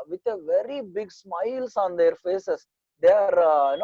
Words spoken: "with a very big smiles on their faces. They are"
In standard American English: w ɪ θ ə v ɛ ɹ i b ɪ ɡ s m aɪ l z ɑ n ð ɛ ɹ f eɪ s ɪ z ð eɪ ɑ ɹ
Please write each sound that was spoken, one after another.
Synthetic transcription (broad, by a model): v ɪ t ə v ɛ ɹ i b ɪ ɡ s m aɪ l s ɑ n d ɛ ɹ f eɪ s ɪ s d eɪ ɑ ɹ